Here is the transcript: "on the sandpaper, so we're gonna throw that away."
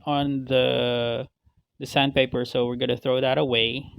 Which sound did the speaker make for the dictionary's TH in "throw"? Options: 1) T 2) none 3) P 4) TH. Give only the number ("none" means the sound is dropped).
4